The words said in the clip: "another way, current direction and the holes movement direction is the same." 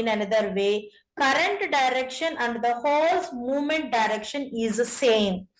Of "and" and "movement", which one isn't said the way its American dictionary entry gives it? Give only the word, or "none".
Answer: none